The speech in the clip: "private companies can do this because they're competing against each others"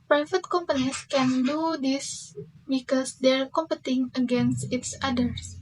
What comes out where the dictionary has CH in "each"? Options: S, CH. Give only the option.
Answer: S